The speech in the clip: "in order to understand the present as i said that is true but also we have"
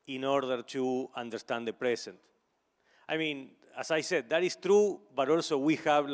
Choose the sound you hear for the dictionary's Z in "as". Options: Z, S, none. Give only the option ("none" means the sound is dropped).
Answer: S